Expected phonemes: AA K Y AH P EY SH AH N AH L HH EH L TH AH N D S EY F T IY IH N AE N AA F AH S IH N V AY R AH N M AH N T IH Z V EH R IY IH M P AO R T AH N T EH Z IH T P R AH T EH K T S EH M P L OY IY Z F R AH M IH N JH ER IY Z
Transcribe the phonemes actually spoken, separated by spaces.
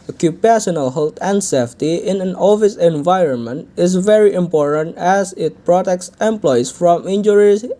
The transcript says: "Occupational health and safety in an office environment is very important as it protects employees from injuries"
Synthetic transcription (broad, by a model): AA K Y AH P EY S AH N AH L HH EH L T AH N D S EY F T IY IH N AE N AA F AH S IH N V AY R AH N M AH N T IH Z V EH R IY IH M P AO R T AH N T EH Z IH T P R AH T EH K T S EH M P L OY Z F R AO M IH N JH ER IY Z